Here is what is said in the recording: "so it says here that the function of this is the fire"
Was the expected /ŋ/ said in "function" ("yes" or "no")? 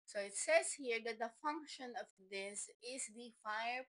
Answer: yes